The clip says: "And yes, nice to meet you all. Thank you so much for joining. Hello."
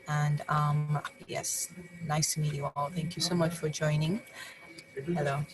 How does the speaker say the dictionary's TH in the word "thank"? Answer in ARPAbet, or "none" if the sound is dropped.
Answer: TH